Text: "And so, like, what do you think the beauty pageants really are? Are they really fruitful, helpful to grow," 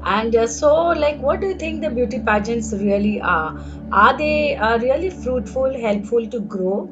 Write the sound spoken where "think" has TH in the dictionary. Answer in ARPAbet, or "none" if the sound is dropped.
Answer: T